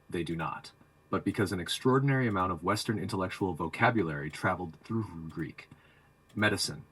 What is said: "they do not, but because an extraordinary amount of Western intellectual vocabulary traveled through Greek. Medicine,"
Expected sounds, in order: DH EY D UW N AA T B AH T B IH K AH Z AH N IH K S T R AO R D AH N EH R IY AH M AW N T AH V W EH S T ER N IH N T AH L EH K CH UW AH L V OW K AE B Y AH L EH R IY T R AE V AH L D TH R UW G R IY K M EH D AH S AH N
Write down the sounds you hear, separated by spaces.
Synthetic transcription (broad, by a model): DH EY D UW N AA T B AH T B IH K AH Z AH N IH K S T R AO R D N EH R IY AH M AW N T AH V W EH S T ER N IH N T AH L EH K CH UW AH L V OW K AE B Y AH L EH R IY T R AE V L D TH R UW G R IY K M EH D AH S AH N